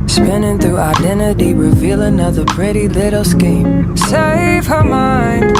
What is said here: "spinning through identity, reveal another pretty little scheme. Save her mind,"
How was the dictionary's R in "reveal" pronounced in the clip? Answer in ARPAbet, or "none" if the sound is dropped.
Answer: R